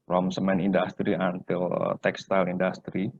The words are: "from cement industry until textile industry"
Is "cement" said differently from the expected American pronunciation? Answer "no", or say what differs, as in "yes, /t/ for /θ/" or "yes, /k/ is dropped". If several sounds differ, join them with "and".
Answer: yes, /t/ is dropped